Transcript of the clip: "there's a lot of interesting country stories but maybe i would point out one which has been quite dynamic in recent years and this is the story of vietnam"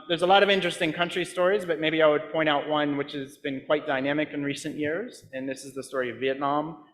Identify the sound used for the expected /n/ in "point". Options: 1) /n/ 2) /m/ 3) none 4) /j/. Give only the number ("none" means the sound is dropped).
3